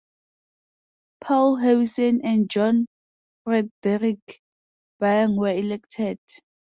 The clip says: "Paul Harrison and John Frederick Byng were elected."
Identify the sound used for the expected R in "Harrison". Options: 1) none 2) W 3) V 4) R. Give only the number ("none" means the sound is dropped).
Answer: 2